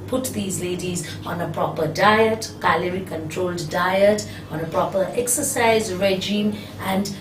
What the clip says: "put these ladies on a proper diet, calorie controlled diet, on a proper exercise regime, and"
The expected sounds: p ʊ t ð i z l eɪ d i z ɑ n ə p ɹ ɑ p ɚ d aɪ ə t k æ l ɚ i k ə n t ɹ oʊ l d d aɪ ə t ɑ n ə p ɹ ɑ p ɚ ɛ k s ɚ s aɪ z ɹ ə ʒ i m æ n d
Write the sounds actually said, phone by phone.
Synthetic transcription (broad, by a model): p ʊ t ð i z l eɪ d i z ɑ n ə p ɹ ɑ p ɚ d aɪ ə t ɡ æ l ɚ i k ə n t ɹ oʊ l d d aɪ ə t ɑ n ə p ɹ ɑ p ɚ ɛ k s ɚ s aɪ z ɹ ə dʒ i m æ n d